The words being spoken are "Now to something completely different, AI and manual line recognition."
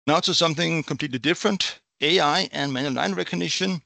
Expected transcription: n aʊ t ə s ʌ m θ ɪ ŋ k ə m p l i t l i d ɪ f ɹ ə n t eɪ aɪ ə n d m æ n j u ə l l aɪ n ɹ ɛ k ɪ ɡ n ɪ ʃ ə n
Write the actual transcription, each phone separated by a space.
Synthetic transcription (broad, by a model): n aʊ s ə s ʌ m θ ɪ ŋ k ə m p l i t l i d ɪ f ɹ ə n t eɪ aɪ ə n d m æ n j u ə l n aɪ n ɹ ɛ k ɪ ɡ n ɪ ʃ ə n